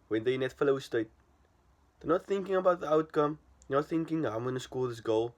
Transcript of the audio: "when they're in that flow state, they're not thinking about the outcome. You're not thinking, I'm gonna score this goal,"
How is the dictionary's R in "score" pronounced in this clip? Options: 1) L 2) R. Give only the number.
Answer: 1